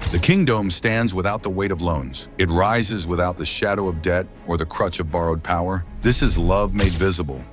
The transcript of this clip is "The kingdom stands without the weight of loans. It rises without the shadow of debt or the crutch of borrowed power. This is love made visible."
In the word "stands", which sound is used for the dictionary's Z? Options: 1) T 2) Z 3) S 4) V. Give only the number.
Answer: 2